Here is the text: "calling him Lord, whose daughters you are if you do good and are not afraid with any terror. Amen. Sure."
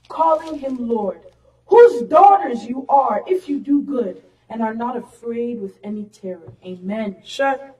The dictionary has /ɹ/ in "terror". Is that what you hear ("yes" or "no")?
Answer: yes